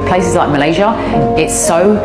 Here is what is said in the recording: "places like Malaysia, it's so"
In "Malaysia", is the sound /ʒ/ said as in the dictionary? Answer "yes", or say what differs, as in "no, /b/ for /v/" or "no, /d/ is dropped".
yes